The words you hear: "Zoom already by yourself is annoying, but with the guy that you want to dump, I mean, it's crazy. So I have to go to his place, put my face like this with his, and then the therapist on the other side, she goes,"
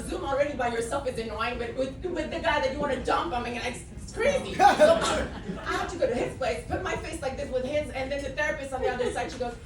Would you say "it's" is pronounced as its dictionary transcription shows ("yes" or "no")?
no